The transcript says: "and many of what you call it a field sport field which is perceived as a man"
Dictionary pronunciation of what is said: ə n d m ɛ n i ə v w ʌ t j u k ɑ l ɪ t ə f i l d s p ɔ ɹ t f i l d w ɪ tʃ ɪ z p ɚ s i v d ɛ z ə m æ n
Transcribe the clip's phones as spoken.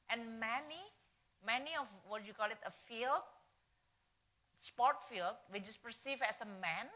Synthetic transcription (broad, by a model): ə n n m ɛ n i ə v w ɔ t j u k ɑ l ɪ t ə f i l d s p ɔ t f i l d w ɪ tʃ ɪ s p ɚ s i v ɛ s ə m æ n